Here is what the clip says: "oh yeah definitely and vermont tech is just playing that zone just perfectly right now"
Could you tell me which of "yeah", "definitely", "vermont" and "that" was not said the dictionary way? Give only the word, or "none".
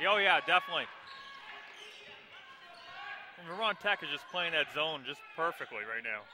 vermont